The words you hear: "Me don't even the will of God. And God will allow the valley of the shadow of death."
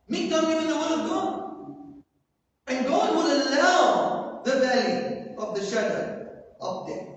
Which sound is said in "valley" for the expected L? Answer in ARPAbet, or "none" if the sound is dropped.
L